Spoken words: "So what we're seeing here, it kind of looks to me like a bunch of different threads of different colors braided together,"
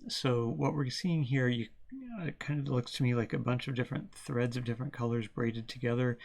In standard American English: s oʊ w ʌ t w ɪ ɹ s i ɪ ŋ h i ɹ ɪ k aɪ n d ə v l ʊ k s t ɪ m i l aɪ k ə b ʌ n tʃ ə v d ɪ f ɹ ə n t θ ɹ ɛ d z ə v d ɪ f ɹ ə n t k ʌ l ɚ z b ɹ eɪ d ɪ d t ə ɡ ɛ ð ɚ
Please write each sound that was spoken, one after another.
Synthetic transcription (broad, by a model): s oʊ w ʌ t w ɪ ɹ s i ɪ ŋ h i ɹ ɪ k aɪ n d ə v l ʊ k s t ɪ m i l aɪ k ə b ʌ n tʃ ə v d ɪ f ɹ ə n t θ ɹ ɛ d z ə v d ɪ f ɹ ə n k ʌ l ɚ z b ɹ eɪ d ɪ d t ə ɡ ɛ ð ɚ